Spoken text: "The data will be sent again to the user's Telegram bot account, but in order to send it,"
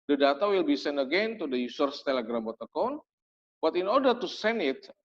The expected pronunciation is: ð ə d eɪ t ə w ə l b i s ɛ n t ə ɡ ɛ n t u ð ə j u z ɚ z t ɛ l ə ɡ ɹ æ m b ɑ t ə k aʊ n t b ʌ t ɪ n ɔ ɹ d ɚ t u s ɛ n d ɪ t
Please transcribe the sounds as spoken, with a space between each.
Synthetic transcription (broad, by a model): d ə d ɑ t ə w ə l b i s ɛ n ə ɡ ɛ n t u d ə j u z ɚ s t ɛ l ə ɡ ɹ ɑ m b ɑ t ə k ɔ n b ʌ t ɪ n ɔ ɹ d ɚ t u s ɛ n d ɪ t